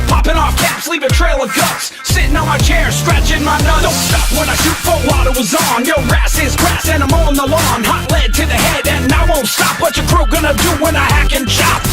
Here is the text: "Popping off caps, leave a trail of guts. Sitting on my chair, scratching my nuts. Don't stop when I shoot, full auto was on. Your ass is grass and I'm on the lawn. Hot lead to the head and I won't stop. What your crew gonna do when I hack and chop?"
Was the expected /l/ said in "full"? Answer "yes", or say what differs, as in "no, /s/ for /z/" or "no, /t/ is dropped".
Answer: no, /w/ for /l/